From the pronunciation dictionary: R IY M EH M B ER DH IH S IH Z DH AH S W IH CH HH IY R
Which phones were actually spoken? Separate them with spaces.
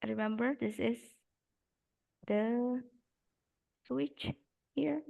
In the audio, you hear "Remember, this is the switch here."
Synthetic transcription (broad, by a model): R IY M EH M B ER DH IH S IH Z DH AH S W IH CH HH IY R